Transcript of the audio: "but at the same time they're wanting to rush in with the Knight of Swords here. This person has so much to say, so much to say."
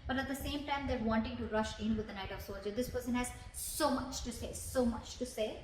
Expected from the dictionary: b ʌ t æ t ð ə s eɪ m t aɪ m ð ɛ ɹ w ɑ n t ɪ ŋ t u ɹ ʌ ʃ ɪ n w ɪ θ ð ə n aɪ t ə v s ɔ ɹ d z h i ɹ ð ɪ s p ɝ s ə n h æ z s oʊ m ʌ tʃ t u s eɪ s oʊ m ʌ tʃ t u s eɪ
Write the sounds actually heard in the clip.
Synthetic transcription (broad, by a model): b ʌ t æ t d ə s eɪ m t aɪ m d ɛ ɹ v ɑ n t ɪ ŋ t u ɹ ʌ ʃ ɪ n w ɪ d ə n aɪ t ə v s ɔ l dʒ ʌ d ɪ s p ɝ s ə n h æ z s oʊ m ʌ tʃ t u s eɪ s oʊ m ʌ tʃ t u s eɪ